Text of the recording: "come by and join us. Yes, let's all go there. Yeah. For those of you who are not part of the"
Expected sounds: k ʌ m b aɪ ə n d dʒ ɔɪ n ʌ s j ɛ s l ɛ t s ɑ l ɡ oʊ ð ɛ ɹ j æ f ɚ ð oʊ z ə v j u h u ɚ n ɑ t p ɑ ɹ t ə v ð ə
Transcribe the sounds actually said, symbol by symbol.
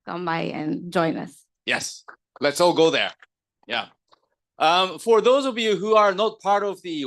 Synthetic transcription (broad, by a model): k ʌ m b aɪ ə n dʒ ɔɪ n ʌ s j ɛ s l ɛ t s ɑ l ɡ oʊ ð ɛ ɹ j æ f ɚ ð oʊ z ə v j u h u ɚ n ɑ t p ɑ ɹ t ə v ð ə